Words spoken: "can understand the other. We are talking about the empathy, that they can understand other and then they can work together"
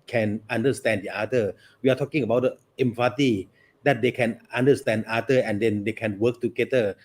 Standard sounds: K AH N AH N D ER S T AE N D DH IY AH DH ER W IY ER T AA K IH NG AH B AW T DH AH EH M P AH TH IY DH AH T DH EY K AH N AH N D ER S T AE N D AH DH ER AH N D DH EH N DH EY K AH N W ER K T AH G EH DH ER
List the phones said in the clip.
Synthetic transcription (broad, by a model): K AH N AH N D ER S T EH N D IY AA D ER W IY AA T AA K IH NG AH B AW T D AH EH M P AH T IY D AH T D EY K AH N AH N D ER S T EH N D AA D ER AH N D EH N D EY K AH N W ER K T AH G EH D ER